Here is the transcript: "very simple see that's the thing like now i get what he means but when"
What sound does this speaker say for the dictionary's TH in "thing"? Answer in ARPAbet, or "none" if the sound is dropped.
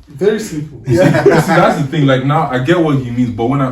TH